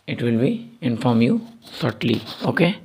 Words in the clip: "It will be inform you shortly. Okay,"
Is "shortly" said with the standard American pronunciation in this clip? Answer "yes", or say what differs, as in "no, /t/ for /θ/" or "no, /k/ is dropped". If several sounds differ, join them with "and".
no, /s/ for /ʃ/